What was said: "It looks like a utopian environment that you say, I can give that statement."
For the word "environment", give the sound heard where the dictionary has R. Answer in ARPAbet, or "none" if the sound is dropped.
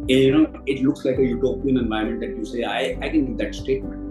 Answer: none